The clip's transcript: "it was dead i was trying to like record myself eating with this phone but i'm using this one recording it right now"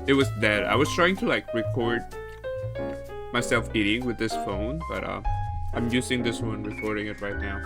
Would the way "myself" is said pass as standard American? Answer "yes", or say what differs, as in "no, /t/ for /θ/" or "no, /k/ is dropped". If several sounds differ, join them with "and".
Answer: yes